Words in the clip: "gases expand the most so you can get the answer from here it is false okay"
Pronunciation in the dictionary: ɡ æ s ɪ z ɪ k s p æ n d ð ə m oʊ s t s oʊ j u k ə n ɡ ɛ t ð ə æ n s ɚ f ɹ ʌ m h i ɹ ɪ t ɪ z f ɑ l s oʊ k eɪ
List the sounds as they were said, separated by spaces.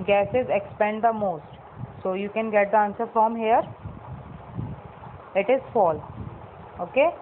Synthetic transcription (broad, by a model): ɡ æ s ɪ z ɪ k s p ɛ n d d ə m oʊ s t s oʊ j u k ə n ɡ ɛ t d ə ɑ n s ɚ f ɹ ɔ m h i ɹ ɪ t ɪ z f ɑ l oʊ k eɪ